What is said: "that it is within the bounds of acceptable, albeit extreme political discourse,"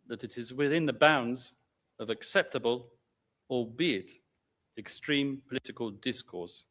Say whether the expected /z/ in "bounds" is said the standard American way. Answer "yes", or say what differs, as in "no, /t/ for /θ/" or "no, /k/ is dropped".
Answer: yes